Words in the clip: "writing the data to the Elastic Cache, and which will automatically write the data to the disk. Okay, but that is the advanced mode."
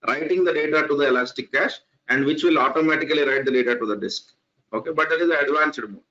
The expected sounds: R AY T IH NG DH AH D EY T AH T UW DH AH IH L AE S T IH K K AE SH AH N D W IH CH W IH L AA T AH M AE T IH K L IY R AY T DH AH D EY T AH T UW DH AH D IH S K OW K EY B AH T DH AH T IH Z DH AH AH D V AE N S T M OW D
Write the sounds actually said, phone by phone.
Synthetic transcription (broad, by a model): R AY T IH NG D AH D EY T AH T UW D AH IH L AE S T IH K K AE SH AH N D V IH CH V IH L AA T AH M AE T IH K L IY R AY T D AH D EY T AH T UW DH AH D IH S K OW K EY B AH T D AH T IH Z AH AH D V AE N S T M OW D